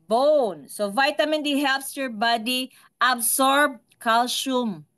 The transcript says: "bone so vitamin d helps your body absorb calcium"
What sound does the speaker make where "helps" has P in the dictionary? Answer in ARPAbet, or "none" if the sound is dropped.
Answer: P